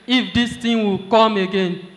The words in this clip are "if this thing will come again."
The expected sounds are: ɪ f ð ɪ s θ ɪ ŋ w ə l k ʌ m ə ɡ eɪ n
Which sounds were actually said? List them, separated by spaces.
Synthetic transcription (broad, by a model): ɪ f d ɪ s t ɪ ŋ w ə l k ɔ m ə ɡ eɪ n